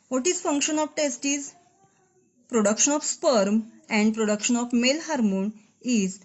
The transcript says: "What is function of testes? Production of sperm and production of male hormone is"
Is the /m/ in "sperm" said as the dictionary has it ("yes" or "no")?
yes